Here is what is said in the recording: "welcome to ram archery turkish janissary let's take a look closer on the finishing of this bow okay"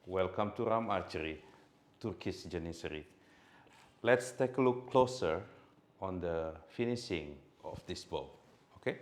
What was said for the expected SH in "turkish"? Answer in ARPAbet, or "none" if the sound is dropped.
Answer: S